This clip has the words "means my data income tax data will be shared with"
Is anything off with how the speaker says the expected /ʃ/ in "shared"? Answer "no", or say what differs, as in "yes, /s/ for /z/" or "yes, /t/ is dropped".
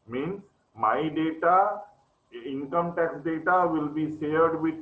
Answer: yes, /s/ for /ʃ/